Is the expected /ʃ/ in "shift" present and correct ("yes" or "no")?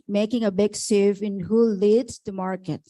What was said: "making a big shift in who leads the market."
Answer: no